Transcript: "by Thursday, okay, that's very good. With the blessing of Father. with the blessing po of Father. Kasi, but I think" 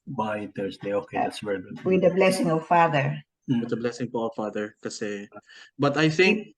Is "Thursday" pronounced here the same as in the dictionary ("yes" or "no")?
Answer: no